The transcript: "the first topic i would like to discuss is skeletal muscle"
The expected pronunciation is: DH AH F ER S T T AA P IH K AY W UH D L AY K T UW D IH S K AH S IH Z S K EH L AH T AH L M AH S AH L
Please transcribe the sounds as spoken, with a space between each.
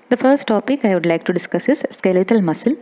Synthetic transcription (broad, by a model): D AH F ER S T T AA P IH K AY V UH D L AY K T UW D IH S K AH S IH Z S K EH L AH T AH L M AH S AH L